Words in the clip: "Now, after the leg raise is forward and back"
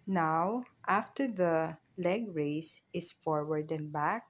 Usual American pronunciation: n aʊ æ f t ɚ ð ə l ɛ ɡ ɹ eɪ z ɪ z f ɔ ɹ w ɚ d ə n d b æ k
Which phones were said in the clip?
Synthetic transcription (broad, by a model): n aʊ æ f t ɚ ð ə l ɛ ɡ ɹ eɪ s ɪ s f ɔ ɹ w ɚ d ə n b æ k